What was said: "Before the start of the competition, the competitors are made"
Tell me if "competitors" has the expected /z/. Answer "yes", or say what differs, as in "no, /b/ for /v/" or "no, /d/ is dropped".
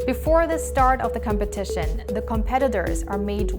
yes